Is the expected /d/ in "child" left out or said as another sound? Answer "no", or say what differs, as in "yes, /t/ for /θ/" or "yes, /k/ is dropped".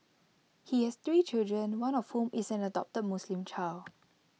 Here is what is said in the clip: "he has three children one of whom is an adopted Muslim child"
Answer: yes, /d/ is dropped